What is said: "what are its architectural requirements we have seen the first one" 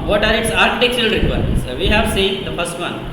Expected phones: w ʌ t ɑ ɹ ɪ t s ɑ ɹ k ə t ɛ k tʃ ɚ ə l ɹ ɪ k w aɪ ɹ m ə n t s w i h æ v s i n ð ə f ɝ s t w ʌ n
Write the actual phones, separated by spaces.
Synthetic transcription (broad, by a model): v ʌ t ɑ ɹ ɪ t s ɑ ɹ k ə t ɛ k tʃ ɚ ə l ɹ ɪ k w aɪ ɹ ə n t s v i h æ v s i n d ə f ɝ s t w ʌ n